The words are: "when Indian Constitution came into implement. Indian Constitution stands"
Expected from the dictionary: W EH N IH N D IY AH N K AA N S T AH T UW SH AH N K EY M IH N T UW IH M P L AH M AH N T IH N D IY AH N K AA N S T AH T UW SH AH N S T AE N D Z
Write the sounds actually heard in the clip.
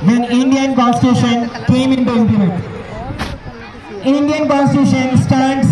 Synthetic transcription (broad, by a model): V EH N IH N D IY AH N K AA N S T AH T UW SH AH N K EY M IH N T UW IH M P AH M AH T IH N D IY AH N K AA N S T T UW SH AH N S T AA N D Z